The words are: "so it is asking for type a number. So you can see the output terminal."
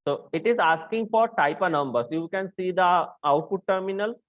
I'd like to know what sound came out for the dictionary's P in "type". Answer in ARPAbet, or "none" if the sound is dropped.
P